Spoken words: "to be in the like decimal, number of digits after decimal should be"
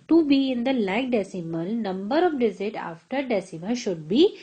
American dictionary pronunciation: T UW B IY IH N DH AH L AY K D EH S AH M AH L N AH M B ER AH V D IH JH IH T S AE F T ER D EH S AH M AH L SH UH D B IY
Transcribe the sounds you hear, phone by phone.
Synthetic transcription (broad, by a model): T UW B IY IH N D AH L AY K D EH S AH M AH L N AH M B ER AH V D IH Z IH T AA F T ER D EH S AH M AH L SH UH D B IY